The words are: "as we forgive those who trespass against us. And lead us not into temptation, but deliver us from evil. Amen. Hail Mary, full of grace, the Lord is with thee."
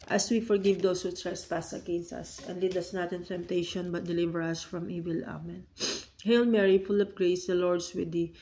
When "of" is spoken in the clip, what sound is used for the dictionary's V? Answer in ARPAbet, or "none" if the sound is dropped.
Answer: P